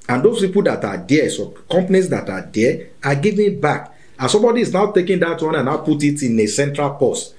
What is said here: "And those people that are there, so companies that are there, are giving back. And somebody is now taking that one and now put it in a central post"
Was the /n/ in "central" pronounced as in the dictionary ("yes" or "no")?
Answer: yes